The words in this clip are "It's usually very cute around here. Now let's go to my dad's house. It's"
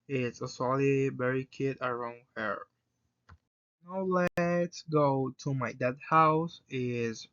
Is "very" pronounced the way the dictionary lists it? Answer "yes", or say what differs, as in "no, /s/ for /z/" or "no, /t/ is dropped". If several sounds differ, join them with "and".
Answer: no, /b/ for /v/